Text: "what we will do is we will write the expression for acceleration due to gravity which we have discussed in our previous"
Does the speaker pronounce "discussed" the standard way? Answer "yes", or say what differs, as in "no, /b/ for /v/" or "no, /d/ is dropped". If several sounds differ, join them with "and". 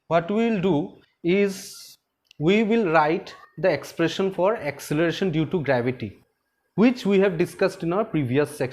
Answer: yes